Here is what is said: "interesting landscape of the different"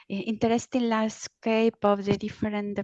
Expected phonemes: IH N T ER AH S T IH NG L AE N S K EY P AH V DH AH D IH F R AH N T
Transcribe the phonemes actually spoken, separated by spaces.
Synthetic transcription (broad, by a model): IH N T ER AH S T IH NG L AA S K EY P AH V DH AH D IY F R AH N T